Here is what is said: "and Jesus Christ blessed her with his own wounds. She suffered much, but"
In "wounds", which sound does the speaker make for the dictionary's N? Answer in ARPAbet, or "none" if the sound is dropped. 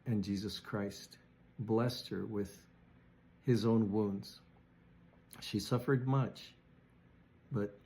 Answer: N